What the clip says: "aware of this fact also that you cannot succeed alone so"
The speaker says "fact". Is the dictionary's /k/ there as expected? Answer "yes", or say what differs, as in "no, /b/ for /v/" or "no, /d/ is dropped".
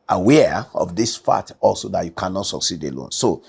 no, /k/ is dropped